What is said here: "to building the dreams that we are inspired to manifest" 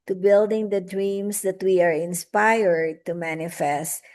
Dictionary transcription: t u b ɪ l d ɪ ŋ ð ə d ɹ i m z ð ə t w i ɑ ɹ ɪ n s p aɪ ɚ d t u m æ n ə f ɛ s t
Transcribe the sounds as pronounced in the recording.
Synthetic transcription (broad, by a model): t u b ɪ l d ɪ ŋ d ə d ɹ i m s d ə t w i ɑ ɹ ɪ n s p aɪ ɚ d t u m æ n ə f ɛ s t